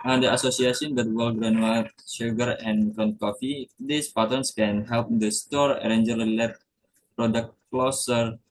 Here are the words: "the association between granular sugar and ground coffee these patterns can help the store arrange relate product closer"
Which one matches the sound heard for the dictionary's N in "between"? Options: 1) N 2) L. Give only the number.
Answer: 2